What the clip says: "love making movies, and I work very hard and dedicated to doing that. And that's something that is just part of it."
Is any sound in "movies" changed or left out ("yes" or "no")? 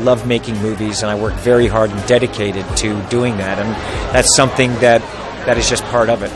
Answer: no